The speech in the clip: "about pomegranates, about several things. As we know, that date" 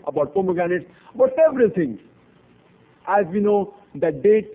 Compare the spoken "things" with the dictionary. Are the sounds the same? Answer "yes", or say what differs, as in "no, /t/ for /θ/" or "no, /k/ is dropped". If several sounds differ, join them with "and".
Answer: no, /z/ is dropped